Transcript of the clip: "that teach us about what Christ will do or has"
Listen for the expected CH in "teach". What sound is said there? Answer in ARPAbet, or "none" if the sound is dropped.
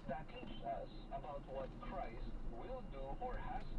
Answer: S